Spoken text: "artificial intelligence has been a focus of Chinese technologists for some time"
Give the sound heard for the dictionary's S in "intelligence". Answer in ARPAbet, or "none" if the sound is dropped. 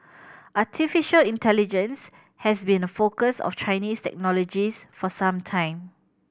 S